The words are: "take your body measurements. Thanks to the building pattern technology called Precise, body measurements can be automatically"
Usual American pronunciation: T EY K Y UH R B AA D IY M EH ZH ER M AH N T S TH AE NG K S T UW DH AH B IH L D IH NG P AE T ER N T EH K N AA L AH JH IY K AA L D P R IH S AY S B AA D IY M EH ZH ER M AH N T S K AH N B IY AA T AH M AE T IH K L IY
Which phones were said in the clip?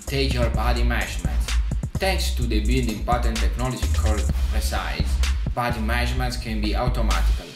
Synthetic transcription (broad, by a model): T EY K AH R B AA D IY M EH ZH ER M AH N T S T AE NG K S T UW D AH B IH L D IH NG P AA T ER N T EH K N AA L AH JH IY K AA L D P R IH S AY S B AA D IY M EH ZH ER M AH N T S K AH N B IY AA T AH M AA T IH K L